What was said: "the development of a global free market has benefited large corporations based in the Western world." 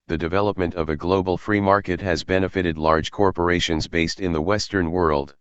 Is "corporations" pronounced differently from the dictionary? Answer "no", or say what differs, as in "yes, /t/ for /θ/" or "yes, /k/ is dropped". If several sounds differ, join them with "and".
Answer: no